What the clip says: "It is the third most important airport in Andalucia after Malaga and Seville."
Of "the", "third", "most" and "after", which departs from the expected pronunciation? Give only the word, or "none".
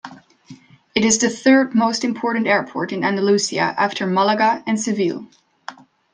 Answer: none